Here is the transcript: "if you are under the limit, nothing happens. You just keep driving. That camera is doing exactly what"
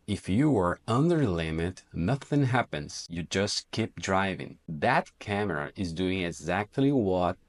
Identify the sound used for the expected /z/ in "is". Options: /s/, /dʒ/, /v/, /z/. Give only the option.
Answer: /z/